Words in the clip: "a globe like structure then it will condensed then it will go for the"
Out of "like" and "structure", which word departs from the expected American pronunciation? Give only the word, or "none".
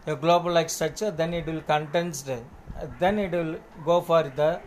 structure